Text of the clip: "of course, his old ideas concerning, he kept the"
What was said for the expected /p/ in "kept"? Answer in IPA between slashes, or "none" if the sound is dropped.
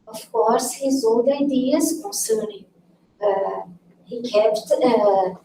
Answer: /p/